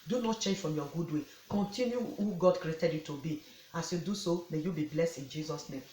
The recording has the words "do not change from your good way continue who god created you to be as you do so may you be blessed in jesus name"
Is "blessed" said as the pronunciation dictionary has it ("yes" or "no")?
yes